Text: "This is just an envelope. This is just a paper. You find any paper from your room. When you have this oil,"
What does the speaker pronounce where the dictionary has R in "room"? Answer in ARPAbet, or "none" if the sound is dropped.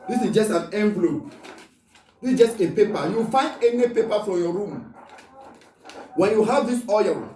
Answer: R